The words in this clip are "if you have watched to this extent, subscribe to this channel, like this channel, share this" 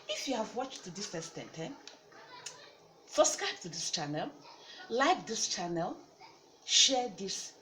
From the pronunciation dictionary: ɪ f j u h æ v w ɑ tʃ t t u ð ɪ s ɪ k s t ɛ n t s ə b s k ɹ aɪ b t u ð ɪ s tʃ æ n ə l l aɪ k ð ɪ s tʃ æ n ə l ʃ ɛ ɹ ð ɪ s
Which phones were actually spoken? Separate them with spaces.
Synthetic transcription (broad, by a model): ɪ f j u h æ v w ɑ tʃ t t u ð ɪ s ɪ s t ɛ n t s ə s k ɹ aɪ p t u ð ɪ s tʃ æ n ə l l aɪ k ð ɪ s tʃ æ n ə l ʃ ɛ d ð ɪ s